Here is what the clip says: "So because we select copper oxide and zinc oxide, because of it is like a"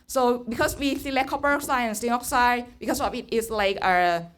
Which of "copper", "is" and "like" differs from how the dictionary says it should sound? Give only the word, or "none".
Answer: is